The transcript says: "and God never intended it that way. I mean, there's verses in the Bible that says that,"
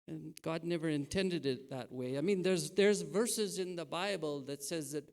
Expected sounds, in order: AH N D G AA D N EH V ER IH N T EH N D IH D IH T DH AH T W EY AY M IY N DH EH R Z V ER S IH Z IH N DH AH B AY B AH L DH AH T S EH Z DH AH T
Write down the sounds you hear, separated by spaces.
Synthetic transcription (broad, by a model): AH N G AA D N EH V ER IH N T EH N D IH D IH T DH AH T W EY AY M IY N DH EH R Z V ER S IH Z IH N DH AH B AY B AH L DH AH T S EH Z DH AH T